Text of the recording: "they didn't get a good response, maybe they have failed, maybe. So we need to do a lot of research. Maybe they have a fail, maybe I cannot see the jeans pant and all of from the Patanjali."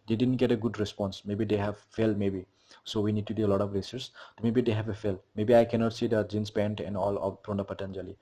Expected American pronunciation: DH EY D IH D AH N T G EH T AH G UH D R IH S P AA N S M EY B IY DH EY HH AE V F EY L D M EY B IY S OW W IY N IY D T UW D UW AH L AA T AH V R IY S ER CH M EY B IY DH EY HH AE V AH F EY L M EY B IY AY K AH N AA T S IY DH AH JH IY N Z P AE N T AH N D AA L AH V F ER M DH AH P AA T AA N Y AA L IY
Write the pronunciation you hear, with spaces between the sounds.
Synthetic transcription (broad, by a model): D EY D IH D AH N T G EH T AH G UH D R IH S P AA N S M EY B IY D EY HH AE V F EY L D M EY B IY S OW W IY N IY D T UW D UW AH L AA T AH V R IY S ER S M EY B IY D EY HH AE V AH F EY L M EY B IY AY K AH N AA T S IY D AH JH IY N S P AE N T AH N D AA L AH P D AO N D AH P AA T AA N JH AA L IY